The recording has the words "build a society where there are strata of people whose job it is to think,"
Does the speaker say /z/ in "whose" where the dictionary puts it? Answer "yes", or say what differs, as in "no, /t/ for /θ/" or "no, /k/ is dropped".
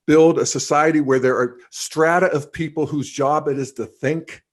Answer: yes